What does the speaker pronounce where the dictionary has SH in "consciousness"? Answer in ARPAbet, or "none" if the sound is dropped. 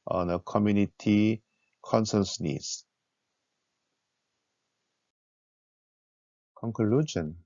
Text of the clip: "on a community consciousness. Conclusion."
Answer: S